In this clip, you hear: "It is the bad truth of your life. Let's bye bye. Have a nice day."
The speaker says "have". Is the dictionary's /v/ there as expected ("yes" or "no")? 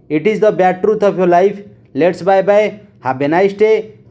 no